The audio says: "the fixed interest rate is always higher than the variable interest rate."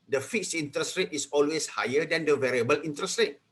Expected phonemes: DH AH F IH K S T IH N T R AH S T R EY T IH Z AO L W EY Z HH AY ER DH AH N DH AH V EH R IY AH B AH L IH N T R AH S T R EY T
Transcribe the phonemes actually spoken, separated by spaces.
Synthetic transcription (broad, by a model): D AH F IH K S IY N T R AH S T R EY T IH S AO L W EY S HH AY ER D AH N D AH V EH R IY AH B AH L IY N T R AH S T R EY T